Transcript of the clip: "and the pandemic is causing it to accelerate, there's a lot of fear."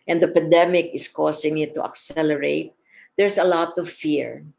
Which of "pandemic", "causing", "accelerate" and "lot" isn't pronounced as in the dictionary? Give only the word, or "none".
causing